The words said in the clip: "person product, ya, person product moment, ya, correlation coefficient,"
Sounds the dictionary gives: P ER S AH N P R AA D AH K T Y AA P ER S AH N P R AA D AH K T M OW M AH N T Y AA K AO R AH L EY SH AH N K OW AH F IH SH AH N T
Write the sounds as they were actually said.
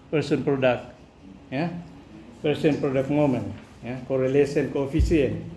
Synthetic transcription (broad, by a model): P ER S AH N P R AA D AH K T Y AA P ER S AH N P R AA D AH K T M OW M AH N Y AA K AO R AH L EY S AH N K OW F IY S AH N